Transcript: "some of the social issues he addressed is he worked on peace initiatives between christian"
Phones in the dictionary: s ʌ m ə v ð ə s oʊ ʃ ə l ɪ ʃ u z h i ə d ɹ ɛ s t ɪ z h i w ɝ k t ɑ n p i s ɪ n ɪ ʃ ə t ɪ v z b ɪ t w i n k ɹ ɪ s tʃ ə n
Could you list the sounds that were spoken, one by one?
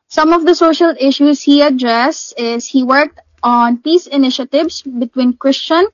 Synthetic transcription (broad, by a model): s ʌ m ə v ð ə s oʊ ʃ ə l ɪ ʃ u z h i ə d ɹ ɛ s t ɪ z h i w ɝ k t ɑ n p i s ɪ n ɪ ʃ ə t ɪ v s b ɪ t w i n k ɹ ɪ s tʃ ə n